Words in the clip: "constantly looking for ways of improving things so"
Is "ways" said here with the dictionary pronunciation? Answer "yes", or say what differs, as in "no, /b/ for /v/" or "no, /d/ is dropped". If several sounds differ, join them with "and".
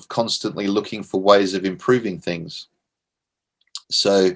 yes